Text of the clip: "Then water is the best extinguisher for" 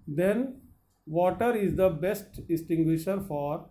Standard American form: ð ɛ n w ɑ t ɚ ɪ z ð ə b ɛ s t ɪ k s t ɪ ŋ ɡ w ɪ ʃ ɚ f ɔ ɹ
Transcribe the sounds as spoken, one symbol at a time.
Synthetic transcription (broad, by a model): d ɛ n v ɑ t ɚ ɪ z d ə b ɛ s t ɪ s t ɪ ŋ ɡ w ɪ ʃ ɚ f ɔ ɹ